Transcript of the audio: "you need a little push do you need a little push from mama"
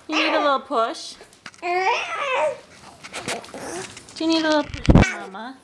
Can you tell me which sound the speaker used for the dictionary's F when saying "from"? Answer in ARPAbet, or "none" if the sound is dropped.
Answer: P